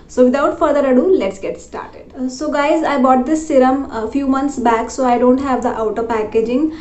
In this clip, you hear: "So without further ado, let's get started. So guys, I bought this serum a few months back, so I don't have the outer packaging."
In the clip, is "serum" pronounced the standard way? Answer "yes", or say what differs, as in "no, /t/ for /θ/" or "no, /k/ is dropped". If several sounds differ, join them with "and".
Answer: yes